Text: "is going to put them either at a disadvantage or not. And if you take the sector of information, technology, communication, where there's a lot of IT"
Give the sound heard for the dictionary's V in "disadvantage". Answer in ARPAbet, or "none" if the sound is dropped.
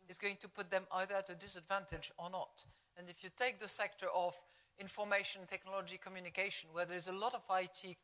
V